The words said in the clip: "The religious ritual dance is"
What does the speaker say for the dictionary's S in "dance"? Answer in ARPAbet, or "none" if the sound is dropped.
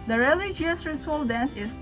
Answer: S